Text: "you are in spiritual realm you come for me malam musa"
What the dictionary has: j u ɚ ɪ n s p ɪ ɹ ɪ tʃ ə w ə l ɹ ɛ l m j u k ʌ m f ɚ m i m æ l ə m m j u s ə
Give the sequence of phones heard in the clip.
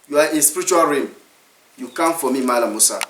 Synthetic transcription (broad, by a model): j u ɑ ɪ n s p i ɹ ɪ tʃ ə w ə l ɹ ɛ m j u k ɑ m f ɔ m i m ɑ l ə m m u s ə